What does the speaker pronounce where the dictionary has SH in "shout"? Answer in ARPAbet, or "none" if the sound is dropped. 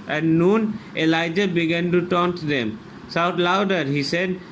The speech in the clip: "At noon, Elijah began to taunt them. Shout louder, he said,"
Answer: S